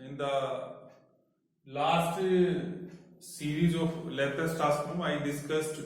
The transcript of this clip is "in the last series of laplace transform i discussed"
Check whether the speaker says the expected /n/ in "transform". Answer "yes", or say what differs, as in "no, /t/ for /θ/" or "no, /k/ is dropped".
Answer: no, /n/ is dropped